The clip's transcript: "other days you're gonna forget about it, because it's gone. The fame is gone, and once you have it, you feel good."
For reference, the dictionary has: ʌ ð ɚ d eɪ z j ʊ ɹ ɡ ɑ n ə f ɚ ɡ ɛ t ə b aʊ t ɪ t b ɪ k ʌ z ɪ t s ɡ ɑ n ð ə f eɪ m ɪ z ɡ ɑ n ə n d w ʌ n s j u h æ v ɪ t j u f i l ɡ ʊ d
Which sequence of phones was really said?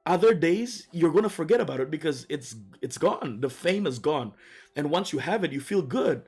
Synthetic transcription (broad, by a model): ʌ ð ɚ d eɪ z j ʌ ɹ ɡ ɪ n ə f ɚ ɡ ɛ t ə b aʊ t ɪ t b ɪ k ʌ z ɪ t s ɡ ɑ n ð ə f eɪ m ɪ z ɡ ɑ n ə n w ʌ n s j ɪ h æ v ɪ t j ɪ f i l ɡ ʊ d